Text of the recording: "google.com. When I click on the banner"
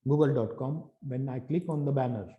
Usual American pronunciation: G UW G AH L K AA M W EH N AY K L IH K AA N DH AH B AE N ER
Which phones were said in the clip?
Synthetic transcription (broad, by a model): G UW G AH L K AA M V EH N AY K L IH K AA N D AH B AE N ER